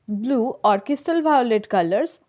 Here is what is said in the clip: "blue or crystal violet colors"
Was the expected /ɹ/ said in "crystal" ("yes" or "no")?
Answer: no